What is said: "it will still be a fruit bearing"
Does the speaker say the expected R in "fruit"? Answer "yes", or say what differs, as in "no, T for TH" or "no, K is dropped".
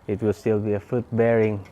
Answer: no, R is dropped